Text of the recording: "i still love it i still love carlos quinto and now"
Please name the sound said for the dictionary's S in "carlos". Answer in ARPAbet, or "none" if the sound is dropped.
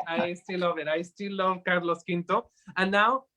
S